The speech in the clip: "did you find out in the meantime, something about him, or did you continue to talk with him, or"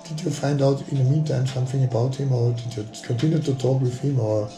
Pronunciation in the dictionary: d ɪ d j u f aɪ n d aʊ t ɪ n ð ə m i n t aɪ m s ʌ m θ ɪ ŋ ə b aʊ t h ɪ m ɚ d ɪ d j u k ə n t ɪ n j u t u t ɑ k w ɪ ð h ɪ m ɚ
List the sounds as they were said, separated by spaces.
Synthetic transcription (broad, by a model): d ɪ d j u f aɪ n d aʊ t ɪ n ð ə m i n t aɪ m s ʌ m θ ɪ ŋ ə b aʊ t h ɪ m ɚ d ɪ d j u k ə n t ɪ n j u t u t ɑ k w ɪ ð h ɪ m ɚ